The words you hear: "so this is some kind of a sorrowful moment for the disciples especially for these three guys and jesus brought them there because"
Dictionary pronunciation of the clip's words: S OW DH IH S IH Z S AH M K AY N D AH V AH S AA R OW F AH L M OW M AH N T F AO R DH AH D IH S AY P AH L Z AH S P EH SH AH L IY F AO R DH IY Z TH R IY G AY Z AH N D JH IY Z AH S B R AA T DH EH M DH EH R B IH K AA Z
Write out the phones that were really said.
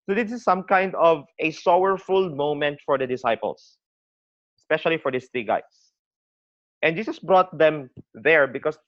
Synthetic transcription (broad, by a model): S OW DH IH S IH S AH M K AY N D AH V AH S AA W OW F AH L M OW M AH N T F AO R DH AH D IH S AY P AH L S AH S P EH SH AH L IY F AO R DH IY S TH R IY G AY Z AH N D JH IY S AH S B R AA T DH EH M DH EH R B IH K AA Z